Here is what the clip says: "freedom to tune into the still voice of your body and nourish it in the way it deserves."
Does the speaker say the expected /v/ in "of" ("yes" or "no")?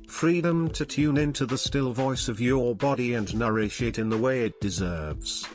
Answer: yes